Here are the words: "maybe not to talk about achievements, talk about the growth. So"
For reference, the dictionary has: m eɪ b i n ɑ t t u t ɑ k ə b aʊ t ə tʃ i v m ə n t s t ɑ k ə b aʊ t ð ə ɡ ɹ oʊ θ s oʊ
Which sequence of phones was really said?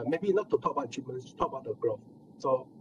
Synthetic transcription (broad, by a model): m eɪ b i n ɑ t t u t ɑ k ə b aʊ ə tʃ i m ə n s t ɑ k ə b aʊ t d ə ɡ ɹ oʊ f s oʊ